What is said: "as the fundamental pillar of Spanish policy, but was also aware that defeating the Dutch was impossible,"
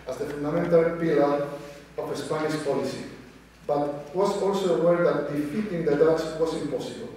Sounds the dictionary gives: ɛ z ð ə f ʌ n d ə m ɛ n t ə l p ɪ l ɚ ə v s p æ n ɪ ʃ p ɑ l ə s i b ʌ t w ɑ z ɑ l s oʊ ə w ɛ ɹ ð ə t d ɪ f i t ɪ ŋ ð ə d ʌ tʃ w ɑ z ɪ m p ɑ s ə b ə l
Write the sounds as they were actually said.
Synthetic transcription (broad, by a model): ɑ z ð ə f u n d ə m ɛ n t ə l p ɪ l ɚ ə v s p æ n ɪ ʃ p ɑ l ə s i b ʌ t w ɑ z ɑ l s oʊ ə w ɛ ɹ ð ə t d ɪ f i t ɪ ŋ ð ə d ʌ s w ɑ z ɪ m p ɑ s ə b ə l